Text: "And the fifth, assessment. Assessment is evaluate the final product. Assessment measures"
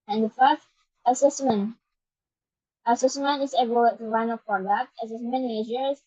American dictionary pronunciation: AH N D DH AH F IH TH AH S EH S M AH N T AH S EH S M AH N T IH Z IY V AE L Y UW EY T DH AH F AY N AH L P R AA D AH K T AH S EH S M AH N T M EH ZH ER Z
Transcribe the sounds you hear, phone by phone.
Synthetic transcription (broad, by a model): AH N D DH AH F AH S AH S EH S M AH N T AH S EH S M AH N T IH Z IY B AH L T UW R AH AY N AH P R AA D AH K T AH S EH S M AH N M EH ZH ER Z